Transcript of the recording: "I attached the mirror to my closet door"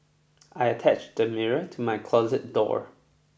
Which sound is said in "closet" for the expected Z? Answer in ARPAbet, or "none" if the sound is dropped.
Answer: Z